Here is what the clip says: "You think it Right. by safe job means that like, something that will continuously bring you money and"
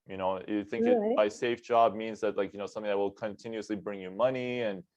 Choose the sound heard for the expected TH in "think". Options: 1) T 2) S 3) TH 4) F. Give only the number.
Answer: 3